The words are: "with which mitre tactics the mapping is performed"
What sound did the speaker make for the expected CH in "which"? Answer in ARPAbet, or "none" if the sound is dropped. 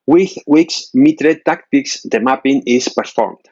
S